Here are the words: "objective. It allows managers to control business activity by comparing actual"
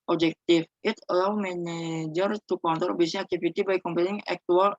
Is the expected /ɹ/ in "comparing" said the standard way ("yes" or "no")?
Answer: no